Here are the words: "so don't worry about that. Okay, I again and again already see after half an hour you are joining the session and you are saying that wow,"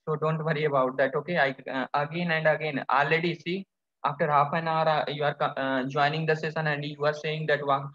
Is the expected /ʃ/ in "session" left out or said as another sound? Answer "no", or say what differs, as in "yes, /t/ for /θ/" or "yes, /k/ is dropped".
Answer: yes, /s/ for /ʃ/